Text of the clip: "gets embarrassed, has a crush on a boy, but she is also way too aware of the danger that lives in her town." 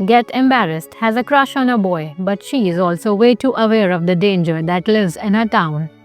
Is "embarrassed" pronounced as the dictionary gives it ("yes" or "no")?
yes